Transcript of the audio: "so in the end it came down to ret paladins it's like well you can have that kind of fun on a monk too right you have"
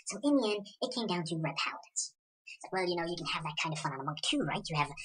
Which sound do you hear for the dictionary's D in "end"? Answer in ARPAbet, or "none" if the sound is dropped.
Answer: none